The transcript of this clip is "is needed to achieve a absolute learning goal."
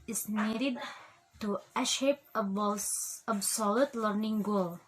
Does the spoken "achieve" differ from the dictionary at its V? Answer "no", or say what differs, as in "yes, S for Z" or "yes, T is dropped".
yes, P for V